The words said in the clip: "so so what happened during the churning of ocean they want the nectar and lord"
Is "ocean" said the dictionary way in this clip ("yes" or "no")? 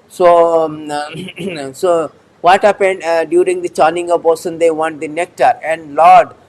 no